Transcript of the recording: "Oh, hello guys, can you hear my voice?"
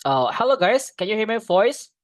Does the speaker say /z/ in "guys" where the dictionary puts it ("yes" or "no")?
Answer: no